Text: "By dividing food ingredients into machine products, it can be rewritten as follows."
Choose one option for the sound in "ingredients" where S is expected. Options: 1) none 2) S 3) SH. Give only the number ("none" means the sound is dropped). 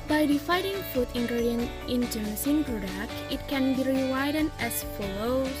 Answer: 1